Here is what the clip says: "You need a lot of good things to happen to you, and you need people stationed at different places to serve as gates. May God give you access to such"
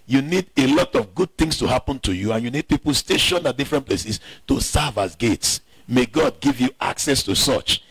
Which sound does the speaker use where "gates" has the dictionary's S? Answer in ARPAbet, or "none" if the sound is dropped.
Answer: S